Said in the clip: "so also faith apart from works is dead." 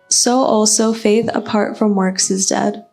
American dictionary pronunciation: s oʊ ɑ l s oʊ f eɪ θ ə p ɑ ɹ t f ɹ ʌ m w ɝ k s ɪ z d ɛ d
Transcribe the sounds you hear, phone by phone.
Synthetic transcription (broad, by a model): s oʊ ɑ l s oʊ f eɪ θ ə p ɑ ɹ t f ɹ ʌ m w ɝ k s ɪ z d ɛ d